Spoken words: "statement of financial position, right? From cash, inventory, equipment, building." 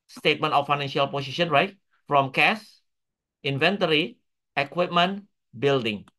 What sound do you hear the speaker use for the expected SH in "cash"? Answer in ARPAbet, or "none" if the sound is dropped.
S